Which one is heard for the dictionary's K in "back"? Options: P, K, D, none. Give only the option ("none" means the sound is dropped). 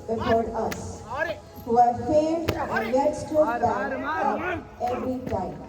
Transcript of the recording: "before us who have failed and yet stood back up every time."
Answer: none